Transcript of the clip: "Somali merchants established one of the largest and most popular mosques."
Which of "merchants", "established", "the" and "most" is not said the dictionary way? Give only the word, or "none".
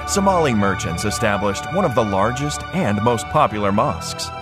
none